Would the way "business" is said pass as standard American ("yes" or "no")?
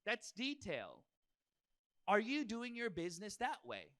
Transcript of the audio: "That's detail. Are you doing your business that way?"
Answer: yes